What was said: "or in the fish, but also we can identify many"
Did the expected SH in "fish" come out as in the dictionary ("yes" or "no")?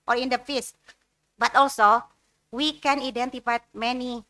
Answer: no